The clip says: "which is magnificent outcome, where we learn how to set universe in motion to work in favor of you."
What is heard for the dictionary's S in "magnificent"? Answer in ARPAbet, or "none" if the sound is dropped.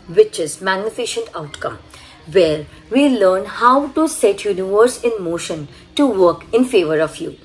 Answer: SH